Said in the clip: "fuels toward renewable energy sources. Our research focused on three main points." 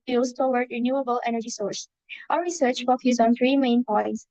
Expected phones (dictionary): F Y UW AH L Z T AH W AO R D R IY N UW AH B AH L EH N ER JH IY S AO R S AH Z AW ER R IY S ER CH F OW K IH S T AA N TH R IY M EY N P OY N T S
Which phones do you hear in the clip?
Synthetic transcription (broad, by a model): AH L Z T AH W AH R D R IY N UW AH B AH L EH N ER JH IY S AO R S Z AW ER R IY S ER CH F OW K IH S AA N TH R IY M EY N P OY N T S